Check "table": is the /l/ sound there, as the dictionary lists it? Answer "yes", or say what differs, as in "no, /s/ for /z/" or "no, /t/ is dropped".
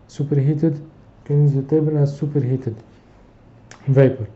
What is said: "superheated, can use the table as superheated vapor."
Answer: no, /n/ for /l/